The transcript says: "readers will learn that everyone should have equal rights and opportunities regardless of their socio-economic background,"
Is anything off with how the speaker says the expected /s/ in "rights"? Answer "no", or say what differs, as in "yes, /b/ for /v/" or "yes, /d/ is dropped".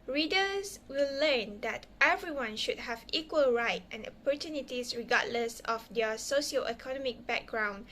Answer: yes, /s/ is dropped